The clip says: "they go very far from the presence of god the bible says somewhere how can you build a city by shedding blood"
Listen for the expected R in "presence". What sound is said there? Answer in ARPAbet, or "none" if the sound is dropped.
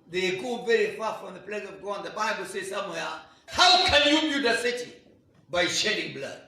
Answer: L